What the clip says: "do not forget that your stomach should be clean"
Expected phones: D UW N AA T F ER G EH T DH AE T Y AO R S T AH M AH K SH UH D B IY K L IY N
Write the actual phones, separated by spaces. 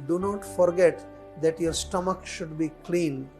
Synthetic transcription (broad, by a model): D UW N AA T F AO G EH T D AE T Y AO R S T AH M AH K SH UH D B IY K L IY N